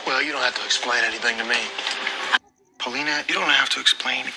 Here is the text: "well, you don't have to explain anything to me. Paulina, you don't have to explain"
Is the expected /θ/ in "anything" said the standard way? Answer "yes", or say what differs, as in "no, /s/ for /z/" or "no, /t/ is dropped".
yes